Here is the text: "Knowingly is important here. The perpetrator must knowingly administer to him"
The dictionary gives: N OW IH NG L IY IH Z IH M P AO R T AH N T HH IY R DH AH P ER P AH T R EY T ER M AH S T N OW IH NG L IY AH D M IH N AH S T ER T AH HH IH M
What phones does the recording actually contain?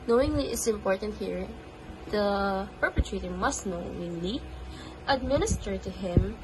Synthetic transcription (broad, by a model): N OW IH NG L IY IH S IH M P AO R T AH N T HH IY R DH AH P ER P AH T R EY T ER M AH S T N OW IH NG L IY AH D M IH N AH S T ER T AH HH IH M